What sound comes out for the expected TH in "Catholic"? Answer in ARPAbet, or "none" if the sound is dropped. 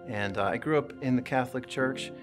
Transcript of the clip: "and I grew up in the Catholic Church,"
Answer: TH